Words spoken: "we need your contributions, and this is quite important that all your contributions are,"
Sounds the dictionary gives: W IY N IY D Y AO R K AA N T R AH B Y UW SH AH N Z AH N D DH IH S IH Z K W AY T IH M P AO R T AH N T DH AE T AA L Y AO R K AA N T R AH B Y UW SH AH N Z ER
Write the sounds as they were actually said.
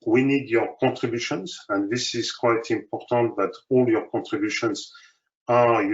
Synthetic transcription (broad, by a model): W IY N IY D Y AO R K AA N T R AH B Y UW SH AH N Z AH N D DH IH S IH Z K W AY T IH M P AO R T AH N T DH AE T AA L Y AO R K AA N T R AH B Y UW SH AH N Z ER